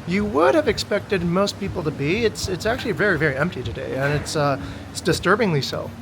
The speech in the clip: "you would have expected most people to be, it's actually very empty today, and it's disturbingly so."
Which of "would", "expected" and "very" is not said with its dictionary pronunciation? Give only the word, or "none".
none